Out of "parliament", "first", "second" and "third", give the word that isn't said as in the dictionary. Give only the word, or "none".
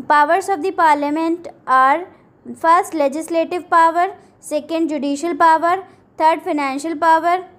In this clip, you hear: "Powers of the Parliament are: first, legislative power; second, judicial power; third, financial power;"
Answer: third